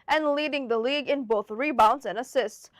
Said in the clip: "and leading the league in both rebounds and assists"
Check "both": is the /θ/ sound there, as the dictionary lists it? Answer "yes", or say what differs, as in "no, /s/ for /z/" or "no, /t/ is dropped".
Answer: yes